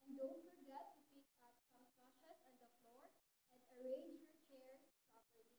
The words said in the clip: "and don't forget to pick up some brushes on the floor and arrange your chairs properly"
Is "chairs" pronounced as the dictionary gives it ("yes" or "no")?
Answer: no